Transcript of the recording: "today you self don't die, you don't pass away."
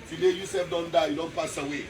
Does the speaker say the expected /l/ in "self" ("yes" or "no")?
no